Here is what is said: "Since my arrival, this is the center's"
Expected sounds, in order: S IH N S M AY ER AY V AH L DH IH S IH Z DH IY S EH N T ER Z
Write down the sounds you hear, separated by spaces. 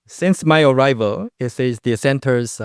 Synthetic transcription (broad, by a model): S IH N S M AY ER AY V AH L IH S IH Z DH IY S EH N T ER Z